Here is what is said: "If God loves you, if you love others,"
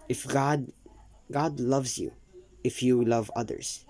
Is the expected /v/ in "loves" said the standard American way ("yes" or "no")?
yes